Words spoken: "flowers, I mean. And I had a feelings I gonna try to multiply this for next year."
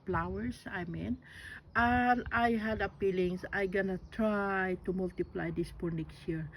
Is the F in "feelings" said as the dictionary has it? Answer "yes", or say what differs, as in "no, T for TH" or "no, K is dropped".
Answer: no, P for F